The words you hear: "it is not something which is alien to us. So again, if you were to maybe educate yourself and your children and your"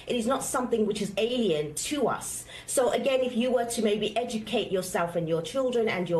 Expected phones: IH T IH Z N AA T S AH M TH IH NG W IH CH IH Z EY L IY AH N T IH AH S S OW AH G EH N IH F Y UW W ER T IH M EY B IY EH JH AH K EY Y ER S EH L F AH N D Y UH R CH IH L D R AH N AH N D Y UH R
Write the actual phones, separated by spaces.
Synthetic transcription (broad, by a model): IH T IH Z N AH T S AH M TH IH NG W IH CH IH Z EY L IY AH N T IH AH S S OW AH G EH N IH F Y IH W ER T IH M EY B IY EH JH AH K EY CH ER S EH L F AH N Y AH R CH IH L D R AH N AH N Y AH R